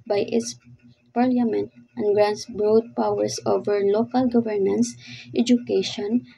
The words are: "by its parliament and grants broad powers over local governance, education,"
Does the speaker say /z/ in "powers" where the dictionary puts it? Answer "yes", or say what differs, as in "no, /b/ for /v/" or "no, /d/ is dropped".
no, /s/ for /z/